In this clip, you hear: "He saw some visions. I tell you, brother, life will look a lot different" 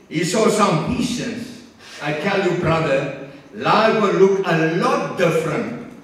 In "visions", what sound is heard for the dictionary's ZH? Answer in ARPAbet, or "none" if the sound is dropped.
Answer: SH